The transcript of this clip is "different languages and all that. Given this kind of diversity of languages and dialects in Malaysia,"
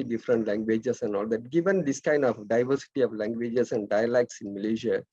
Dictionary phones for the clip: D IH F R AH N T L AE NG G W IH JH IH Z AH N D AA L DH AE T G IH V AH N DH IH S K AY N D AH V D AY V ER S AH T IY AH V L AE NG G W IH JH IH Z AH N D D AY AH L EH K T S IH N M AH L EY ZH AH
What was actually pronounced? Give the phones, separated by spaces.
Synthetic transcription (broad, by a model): D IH F R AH N T L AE NG G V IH JH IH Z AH N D AA L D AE T G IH V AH N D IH S K AY N D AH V D AY V ER S AH T IY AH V L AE NG G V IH JH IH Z AH N D D AY AH L EH K T S IH N M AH L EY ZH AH